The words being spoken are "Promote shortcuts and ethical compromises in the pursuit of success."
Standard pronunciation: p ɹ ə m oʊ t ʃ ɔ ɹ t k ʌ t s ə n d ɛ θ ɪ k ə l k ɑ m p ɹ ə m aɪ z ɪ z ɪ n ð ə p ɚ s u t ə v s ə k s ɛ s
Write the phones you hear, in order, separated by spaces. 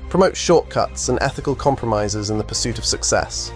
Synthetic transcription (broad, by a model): p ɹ ə m oʊ t ʃ ɔ t k ʌ t s ə n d ɛ θ ɪ k ə l k ɑ m p ɹ ə m aɪ z ɪ z ɪ n ð ə p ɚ s u t ə v s ə k s ɛ s